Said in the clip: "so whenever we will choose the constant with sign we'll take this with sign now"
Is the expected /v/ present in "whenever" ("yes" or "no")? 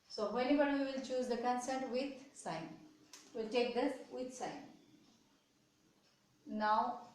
no